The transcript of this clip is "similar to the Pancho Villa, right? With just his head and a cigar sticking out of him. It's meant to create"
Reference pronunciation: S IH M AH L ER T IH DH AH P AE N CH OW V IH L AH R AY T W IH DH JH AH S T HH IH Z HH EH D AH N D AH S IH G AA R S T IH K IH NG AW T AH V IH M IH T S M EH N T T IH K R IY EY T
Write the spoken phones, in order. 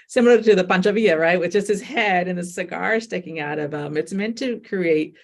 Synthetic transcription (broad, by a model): S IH M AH L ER T IH DH AH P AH N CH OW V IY AH R AY T W IH DH JH AH S T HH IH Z HH EH D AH N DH AH S IH G AA R S T IH K IH NG AW T AH V IH M IH T S M EH N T T IH K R IY EY T